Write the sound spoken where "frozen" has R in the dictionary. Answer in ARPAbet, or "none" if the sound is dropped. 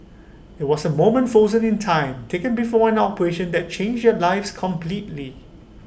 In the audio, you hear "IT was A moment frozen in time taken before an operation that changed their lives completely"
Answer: none